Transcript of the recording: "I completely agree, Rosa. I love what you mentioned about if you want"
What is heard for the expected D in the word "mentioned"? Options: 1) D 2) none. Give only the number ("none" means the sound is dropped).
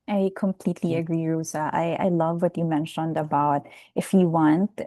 1